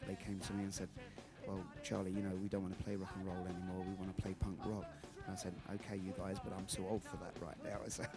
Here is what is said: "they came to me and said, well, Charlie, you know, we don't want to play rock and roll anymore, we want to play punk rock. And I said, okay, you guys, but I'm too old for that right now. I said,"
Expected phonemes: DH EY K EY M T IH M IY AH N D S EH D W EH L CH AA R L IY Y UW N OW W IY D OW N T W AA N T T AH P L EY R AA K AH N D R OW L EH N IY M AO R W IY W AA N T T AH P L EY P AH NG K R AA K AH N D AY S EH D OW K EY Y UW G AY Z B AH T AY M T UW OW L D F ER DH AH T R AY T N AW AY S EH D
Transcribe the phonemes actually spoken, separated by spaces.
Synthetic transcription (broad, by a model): DH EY K EY M T IH M IY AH N S EH D W EH L CH AA R L IY Y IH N OW W IY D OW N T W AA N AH P L EY R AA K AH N R OW L EH N IY M AO R W IY W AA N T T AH P L EY P AH NG K R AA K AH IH S EH D OW K EY Y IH G AY Z B AH T AY M S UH OW L D F ER DH AH T R AY T N AW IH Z